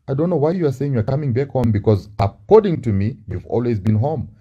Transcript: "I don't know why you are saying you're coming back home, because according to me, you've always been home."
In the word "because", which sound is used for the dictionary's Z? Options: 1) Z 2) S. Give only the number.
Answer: 1